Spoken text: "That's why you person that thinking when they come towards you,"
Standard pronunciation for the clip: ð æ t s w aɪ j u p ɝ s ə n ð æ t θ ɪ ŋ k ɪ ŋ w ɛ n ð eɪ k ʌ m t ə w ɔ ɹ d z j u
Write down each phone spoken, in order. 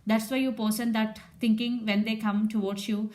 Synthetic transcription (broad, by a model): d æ t s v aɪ j u p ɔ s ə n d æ t t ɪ ŋ k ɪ ŋ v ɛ n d eɪ k ʌ m t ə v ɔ ɹ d s j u